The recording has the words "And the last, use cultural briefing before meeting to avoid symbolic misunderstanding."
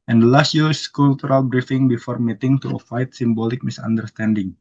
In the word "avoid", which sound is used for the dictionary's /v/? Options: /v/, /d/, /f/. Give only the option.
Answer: /f/